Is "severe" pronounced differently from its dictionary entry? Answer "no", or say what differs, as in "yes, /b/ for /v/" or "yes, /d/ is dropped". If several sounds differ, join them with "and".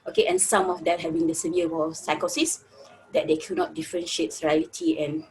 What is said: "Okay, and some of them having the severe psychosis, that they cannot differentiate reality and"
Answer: yes, /w/ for /ɹ/